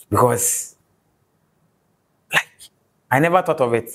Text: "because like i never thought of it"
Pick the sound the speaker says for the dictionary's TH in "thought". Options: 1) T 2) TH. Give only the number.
1